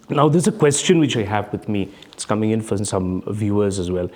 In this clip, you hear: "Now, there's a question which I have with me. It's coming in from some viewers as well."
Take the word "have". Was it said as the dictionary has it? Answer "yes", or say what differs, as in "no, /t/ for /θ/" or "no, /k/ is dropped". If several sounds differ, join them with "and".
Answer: yes